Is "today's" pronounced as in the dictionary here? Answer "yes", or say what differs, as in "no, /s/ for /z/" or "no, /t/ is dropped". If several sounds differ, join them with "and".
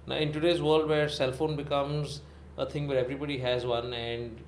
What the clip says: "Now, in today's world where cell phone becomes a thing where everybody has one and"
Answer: yes